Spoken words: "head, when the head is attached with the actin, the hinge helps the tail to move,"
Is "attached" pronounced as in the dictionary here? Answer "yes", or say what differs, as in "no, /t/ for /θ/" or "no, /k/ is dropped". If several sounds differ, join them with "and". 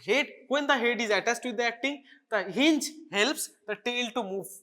no, /s/ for /tʃ/